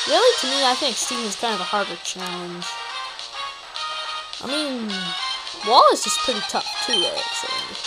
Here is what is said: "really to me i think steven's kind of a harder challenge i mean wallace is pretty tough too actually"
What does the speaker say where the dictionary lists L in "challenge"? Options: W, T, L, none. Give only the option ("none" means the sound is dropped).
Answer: none